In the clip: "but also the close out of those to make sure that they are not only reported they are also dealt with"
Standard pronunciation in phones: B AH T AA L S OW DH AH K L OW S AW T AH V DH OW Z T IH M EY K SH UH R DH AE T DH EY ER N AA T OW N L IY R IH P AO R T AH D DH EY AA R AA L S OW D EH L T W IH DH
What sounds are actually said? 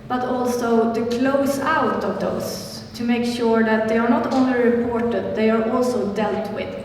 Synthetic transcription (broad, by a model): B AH T AA L S OW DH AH K L OW S AW T AH V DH OW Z T IH M EY K SH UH R DH AE T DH EY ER N AA T OW N L IY R IH P AO R T AH D DH EY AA R AA L S OW D EH L T W IH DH